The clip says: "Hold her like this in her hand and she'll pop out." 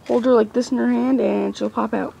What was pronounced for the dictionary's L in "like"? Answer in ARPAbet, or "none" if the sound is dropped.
L